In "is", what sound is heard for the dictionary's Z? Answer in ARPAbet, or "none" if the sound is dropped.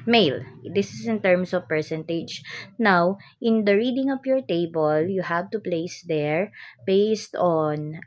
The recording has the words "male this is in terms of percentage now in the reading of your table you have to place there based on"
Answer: S